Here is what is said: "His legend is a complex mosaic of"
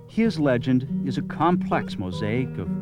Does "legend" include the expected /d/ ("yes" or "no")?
yes